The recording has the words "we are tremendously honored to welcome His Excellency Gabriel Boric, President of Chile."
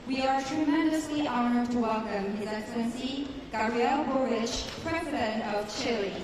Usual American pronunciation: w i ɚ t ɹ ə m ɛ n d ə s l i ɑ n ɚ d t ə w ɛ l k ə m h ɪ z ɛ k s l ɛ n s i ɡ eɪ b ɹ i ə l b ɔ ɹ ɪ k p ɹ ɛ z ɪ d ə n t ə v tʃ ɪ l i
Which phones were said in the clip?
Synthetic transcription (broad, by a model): w i ɚ t ɹ ə m ɛ n d ə s l i ɑ n ɚ d t ə w ɛ l k ə m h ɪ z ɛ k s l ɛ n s i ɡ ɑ ɹ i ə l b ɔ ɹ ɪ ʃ p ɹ ɛ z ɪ d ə n t ə v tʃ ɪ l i